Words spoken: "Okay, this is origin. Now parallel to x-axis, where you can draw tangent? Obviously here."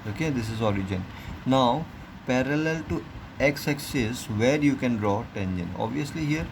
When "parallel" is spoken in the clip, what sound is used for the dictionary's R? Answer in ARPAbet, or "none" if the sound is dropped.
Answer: R